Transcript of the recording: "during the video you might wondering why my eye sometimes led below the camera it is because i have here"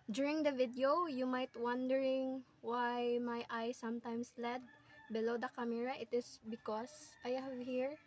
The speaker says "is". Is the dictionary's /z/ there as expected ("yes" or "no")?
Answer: no